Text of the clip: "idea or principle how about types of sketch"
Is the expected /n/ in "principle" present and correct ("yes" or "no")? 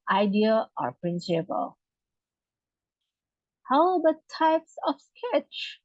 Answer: yes